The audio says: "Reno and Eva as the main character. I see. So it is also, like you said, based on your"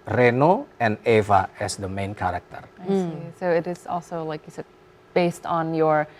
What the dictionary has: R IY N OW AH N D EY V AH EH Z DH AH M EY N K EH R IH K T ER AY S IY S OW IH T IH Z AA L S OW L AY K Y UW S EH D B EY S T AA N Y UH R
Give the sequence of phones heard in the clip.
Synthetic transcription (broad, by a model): R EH N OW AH N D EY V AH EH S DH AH M EY N K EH R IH K T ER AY S IY S OW IH T IH Z AA L S OW L AY K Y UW S EH D B EY S T N Y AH R